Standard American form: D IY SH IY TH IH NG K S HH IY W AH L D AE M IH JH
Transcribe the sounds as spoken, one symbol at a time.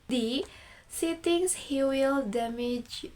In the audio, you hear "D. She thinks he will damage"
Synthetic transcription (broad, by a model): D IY S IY T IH NG S HH IY W AH L D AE M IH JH